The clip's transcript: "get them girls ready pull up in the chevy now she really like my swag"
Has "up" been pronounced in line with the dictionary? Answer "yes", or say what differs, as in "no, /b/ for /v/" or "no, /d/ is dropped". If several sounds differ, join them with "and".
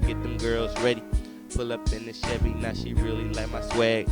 yes